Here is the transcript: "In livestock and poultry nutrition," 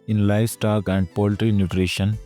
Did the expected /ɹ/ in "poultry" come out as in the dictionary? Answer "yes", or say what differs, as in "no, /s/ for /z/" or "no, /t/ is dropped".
yes